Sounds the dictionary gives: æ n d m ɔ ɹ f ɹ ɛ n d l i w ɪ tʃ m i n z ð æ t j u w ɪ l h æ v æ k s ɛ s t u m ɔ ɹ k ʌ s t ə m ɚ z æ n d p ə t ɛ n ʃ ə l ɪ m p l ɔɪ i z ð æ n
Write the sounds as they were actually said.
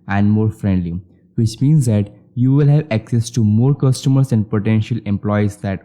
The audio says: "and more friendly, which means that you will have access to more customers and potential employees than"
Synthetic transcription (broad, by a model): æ n d m ɔ ɹ f ɹ ɛ n d l i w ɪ tʃ m i n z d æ t j u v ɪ l h æ v æ k s ɛ s t u m ɔ ɹ k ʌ s t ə m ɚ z æ n d p ə t ɛ n ʃ ə l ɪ m p l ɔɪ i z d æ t